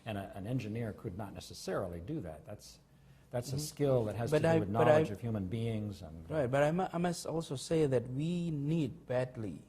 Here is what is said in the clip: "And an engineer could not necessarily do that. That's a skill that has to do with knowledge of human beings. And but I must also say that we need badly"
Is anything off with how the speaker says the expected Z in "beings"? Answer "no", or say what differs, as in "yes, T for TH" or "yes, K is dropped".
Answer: no